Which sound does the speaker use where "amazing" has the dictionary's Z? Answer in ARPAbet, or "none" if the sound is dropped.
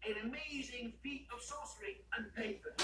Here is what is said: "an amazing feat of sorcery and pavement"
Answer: Z